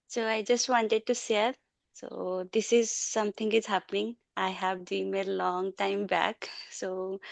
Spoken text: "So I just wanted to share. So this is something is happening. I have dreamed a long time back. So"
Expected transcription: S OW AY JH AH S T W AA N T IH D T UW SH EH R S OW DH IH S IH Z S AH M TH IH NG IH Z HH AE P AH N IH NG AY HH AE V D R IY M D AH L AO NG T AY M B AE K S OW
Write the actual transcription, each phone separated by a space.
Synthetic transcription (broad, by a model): S OW AY JH AH S T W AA N T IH D T UW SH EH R S OW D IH S IH Z S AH M T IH NG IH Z HH AE P AH N IH NG AY HH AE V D IY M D L AO NG T AY M B AE K S OW